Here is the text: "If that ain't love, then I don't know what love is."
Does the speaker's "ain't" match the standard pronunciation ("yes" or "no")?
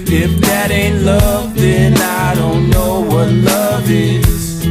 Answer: yes